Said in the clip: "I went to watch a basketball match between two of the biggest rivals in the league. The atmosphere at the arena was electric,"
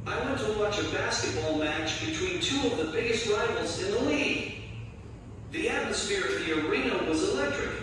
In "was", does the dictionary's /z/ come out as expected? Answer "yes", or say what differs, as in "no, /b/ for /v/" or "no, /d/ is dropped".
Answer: yes